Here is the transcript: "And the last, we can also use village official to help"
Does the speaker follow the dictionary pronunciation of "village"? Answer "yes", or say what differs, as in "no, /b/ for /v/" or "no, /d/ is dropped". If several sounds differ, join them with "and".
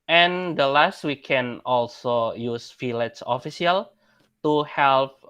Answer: no, /f/ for /v/